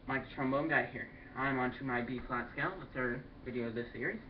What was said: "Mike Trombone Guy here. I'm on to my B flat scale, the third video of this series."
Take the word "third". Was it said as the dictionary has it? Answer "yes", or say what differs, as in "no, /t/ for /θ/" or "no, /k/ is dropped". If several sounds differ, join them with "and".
no, /s/ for /θ/